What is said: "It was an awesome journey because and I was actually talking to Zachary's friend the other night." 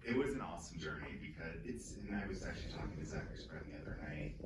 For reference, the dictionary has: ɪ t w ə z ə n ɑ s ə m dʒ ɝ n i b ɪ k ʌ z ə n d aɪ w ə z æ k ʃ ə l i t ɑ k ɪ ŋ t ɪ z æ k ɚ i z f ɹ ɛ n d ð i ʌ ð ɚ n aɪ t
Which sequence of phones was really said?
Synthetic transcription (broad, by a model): ɪ t w ə z ə n ɑ s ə m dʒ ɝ i b ɪ k ʌ z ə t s aɪ w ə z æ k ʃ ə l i t ɑ k ɪ ŋ t ɪ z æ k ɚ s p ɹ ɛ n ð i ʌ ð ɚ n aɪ